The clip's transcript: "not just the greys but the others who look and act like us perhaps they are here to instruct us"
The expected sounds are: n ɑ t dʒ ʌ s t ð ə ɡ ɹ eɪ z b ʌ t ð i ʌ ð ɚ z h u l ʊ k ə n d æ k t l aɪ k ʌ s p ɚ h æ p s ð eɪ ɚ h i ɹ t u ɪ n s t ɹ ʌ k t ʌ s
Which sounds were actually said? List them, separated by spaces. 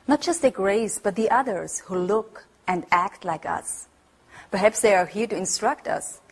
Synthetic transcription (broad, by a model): n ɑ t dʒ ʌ s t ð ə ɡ ɹ eɪ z b ʌ t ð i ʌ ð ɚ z h u l ʊ k ə n d æ k t l aɪ k ʌ s p ɚ h æ p s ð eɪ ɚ h i ɹ t u ɪ n s t ɹ ʌ k t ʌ s